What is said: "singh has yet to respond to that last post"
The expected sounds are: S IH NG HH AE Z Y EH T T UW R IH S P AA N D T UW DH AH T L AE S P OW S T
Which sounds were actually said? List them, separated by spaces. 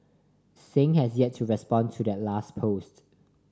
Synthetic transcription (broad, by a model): S IH NG HH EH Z Y EH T T UW R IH S P AA N T UW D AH T L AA S P OW S T